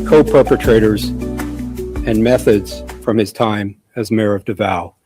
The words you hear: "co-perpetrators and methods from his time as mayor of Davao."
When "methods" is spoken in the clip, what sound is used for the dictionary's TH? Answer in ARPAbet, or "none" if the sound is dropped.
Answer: TH